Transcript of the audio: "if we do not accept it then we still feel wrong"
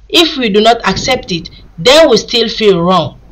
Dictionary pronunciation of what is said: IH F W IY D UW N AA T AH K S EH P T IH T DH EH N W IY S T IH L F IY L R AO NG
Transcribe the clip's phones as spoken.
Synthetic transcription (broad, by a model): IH F W IY D UW N AA T AH K S EH P T IH T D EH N W IY S T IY L F IY L R AO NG